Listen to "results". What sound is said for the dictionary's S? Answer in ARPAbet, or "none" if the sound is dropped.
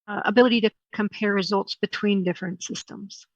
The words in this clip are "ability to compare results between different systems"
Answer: S